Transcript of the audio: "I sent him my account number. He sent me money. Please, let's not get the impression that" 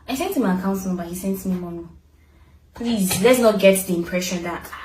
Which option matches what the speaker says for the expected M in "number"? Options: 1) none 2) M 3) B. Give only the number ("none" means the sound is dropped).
1